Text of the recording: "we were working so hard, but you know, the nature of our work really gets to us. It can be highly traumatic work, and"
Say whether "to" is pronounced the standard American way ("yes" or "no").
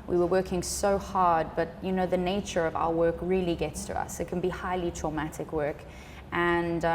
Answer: yes